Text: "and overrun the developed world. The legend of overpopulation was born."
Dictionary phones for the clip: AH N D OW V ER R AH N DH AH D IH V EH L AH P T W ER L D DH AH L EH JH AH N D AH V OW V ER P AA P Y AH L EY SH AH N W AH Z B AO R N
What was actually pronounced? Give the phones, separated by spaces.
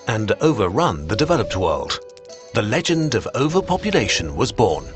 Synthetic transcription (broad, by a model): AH N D OW V ER R AH N DH AH D IH V EH L AH P T W ER L D DH AH L EH JH AH N D AH V OW V ER P AA P Y AH L EY SH AH N W AH Z B AO R N